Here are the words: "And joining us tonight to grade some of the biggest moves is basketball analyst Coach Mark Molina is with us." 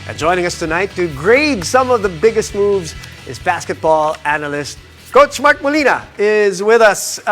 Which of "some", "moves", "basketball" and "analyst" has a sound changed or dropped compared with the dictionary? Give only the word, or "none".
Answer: none